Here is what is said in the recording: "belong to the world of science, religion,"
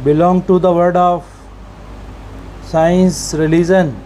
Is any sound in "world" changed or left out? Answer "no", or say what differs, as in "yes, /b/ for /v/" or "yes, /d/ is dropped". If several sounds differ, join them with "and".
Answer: yes, /l/ is dropped